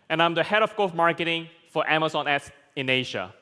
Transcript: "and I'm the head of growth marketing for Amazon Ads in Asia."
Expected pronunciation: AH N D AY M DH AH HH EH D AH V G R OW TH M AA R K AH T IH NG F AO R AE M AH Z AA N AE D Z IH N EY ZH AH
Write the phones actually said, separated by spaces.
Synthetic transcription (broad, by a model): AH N AY M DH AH HH EH D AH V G OW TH M AA R K AH T IH NG F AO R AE M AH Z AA N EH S IH N EY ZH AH